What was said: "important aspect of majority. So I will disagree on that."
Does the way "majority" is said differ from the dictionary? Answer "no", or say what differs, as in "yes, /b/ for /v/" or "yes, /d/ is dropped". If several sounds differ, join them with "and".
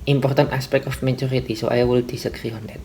yes, /tʃ/ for /dʒ/